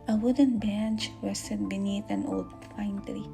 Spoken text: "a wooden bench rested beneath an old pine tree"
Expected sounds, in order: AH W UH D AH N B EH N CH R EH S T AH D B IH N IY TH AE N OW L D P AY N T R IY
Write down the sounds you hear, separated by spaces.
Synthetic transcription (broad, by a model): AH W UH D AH N B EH N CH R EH S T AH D B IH N IY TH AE N OW L D F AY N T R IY